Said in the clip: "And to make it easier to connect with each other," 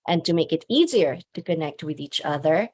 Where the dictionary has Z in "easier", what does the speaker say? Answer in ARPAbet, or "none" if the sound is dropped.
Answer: Z